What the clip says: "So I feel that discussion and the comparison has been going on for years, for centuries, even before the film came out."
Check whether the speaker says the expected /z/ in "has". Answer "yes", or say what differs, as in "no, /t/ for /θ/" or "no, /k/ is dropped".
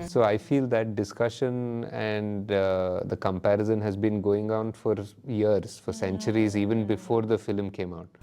yes